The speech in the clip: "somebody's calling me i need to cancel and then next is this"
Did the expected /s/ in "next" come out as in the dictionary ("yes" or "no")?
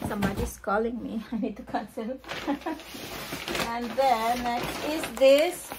no